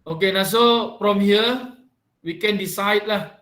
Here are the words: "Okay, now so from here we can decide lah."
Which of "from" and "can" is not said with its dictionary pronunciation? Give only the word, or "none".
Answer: from